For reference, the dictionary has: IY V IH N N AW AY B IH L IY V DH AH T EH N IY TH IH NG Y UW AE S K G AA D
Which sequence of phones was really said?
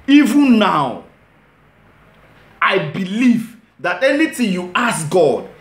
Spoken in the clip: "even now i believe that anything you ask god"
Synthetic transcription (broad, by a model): IY V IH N N AW AY B IH L IY V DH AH T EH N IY T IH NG Y UW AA S G AA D